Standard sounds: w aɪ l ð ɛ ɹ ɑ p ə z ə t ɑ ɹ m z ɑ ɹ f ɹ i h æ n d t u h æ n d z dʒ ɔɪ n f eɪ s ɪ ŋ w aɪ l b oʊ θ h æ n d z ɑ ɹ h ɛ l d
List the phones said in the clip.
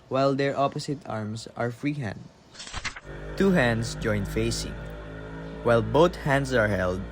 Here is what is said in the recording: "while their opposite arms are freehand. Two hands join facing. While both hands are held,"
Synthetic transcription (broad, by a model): w aɪ l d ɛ ɹ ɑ p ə s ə t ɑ ɹ m s ɑ ɹ f ɹ i h æ n d t u h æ n d s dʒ ɔɪ n f eɪ s ɪ ŋ w aɪ l b oʊ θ h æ n d s ɑ ɹ h ɛ l d